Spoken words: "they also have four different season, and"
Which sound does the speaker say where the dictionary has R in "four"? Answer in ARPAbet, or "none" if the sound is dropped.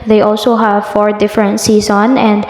R